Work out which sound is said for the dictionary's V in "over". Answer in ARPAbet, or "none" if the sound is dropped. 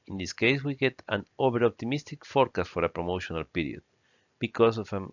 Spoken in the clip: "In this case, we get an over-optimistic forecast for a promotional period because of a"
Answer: B